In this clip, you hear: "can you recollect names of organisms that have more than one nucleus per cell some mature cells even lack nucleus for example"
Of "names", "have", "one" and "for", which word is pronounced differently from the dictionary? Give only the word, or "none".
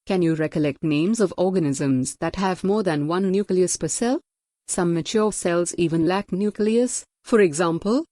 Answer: none